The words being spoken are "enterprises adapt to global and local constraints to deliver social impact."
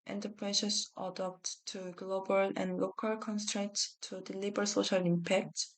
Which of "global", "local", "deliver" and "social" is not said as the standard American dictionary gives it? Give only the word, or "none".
deliver